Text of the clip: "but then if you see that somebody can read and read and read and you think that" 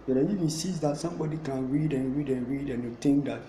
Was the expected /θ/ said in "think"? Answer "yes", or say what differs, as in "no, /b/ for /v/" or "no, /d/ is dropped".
no, /t/ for /θ/